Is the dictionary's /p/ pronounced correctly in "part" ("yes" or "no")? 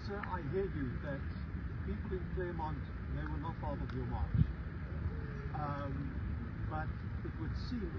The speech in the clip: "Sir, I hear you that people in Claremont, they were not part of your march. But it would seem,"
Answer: no